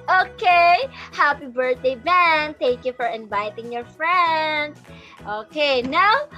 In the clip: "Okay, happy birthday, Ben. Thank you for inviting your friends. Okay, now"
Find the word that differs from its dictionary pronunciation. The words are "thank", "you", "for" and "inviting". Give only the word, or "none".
thank